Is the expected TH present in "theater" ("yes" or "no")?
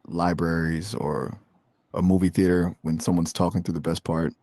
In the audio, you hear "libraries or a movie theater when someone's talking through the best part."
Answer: yes